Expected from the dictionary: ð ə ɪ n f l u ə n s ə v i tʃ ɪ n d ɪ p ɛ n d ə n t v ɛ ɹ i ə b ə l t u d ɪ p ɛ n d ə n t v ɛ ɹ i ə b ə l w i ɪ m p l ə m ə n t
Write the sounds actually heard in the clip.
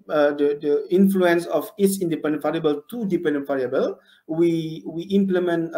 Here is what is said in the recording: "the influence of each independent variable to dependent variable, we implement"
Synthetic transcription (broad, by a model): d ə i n f l u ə n s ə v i s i n d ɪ p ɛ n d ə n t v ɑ ɹ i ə b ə l t u d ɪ p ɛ n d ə n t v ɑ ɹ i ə b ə l w i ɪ m p l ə m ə n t